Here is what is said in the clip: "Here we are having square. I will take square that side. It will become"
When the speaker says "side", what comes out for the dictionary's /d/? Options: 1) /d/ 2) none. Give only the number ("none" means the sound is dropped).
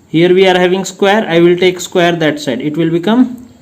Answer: 1